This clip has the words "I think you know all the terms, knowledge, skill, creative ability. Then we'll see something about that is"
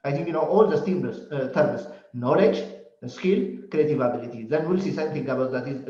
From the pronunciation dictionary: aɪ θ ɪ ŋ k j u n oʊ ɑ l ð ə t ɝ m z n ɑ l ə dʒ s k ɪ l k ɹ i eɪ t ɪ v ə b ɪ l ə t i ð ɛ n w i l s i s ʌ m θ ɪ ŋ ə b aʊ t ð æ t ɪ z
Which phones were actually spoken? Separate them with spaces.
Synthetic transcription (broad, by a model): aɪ t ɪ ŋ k j u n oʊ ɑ l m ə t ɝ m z n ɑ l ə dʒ s k ɪ l k ɹ i eɪ t ɪ v ə b ɪ l ə t i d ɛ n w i l s i s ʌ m t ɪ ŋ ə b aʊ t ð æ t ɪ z